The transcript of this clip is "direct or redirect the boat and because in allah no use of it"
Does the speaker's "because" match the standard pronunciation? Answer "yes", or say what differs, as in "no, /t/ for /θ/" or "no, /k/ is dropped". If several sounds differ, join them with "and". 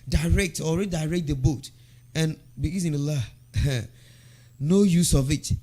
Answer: no, /k/ is dropped